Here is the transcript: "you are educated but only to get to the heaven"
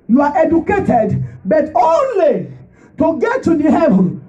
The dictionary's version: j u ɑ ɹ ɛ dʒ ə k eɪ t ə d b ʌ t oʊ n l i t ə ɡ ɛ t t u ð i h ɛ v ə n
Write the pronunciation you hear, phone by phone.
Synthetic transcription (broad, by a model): j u ɑ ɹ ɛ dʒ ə k eɪ t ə d b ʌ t oʊ n l i t ə ɡ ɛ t t u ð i h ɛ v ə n